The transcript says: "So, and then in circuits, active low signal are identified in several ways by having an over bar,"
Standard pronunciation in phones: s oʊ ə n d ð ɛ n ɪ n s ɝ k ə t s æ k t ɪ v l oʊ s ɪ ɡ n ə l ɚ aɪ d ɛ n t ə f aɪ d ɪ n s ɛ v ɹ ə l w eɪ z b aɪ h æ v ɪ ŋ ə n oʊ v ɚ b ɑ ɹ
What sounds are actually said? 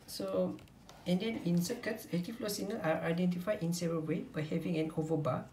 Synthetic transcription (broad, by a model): s oʊ ə n d ɛ n ɪ n s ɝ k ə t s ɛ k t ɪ f l oʊ s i n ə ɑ aɪ d ɛ n t ə f aɪ d ɪ n s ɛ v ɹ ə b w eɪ b aɪ h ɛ v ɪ ŋ ə n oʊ v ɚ b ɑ